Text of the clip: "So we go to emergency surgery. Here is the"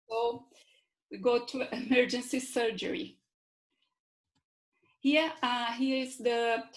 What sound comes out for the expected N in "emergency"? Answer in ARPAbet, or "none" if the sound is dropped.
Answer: N